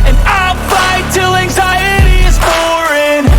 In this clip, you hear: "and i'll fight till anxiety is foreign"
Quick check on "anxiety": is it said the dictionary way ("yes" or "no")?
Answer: yes